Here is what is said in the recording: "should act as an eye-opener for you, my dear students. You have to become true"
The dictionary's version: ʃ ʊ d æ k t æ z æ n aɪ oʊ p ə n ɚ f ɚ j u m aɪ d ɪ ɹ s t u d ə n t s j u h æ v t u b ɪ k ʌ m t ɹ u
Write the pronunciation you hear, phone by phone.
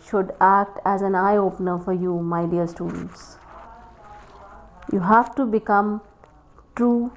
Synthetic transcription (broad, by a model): ʃ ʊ d æ k t æ z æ n aɪ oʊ p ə n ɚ f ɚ j u m aɪ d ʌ l s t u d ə n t s j u h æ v t u b ɪ k ʌ m t ɹ u